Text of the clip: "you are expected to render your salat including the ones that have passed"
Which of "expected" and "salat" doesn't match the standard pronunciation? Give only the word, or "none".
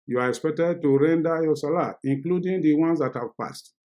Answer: salat